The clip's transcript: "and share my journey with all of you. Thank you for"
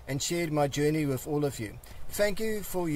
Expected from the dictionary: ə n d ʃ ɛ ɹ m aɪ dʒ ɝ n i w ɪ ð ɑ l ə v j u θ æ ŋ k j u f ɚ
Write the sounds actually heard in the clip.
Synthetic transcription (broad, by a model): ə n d ʃ ɛ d m aɪ dʒ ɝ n i w ɪ ð ɑ l ə v j u θ æ ŋ k j u f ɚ